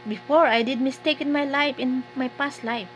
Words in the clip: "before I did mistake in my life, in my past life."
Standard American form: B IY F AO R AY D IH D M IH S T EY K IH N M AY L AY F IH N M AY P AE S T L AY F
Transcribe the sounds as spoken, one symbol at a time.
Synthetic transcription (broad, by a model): B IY F AO R AY D IH D M IH S T EY K IH N M AY L AY F IH N M AY P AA S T L AY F